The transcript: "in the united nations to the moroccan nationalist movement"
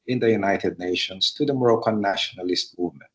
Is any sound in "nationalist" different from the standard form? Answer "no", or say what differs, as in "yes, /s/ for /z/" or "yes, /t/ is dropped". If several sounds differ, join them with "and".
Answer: no